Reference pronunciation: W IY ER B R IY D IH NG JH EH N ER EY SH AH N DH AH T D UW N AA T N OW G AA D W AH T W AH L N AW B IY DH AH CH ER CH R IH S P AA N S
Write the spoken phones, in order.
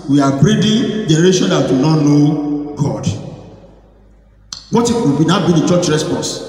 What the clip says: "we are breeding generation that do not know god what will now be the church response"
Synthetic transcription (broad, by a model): W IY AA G R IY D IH JH EH N ER EY SH AH N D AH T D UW N AA T N OW G AA D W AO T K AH W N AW B IY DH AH CH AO CH R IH S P AA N S